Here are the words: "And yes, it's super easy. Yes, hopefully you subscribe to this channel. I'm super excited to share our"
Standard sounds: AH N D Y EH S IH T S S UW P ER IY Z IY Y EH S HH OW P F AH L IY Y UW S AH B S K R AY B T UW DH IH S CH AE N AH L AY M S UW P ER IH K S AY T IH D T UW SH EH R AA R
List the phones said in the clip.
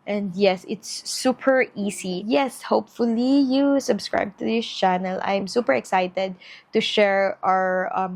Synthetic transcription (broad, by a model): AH N D Y EH S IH T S S UW P ER IY S IY Y EH S HH OW P F AH L IY Y UW S AH B S K R AY B T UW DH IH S CH AE N AH L AY M S UW P ER IH K S AY T IH D T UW SH EH R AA R